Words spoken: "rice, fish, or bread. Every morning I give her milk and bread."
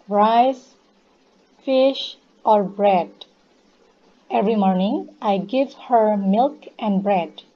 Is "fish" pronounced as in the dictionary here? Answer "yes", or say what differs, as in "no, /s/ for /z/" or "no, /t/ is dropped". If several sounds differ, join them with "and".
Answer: yes